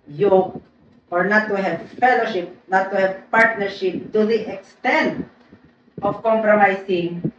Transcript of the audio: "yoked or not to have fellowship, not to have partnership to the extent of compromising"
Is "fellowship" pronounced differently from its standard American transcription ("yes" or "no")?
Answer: no